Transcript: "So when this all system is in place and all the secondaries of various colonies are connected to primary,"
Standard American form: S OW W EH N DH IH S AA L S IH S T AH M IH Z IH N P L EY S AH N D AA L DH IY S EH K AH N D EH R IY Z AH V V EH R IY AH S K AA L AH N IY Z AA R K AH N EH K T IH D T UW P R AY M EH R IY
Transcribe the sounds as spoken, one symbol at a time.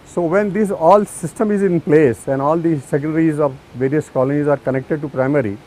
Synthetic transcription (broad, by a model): S OW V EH N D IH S AA L S IH S T AH M IH Z IH N P L EY S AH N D AA L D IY S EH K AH D R IY Z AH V V EH R IY AH S K AA L AH N IY Z AA R K AH N EH K T IH D T UW P R AY M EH R IY